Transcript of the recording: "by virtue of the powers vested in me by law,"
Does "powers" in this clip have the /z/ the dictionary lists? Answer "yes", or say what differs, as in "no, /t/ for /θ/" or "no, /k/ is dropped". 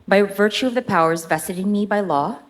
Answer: yes